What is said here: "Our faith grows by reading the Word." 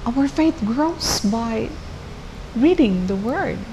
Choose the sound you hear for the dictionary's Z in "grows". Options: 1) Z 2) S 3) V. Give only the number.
2